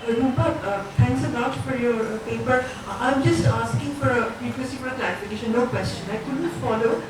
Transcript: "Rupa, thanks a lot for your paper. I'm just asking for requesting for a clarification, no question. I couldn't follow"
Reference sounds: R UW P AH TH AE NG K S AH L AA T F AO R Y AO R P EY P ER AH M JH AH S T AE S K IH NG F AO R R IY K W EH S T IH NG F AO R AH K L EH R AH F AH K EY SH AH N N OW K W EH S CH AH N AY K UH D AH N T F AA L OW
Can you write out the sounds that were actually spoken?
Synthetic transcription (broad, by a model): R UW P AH T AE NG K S AH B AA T F AO R Y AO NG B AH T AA AH M JH AH S T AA S K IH NG F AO R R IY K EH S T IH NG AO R AH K L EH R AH F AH K EY SH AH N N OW K W EH S CH AH N AY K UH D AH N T F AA L OW